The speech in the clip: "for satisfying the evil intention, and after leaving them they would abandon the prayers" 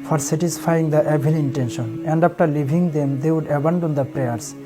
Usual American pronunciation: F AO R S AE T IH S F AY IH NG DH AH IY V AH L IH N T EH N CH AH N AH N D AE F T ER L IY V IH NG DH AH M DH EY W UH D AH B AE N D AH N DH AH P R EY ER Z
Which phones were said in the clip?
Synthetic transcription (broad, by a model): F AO R S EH T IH S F AY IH NG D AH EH B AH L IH N T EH N SH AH N AH N D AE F T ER L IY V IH NG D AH M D EY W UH D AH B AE N D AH N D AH P R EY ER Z